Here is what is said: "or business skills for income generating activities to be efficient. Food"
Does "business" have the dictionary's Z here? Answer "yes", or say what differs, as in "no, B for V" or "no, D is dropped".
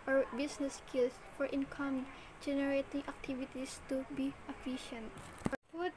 no, S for Z